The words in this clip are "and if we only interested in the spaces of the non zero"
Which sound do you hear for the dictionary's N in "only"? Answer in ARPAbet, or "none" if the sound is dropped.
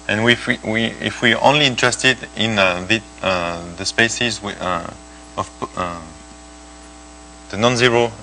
N